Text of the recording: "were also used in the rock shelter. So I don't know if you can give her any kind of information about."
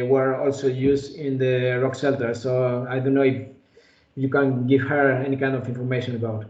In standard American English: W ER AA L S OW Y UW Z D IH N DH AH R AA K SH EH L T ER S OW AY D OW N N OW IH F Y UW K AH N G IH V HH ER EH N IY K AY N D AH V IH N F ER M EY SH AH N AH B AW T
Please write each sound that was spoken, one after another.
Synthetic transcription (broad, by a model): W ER AA L S OW Y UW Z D IH N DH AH R AA K S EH L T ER S OW AY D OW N N OW IH F Y UW K AH N G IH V HH ER EH N IY K AY N D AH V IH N F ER M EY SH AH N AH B AW T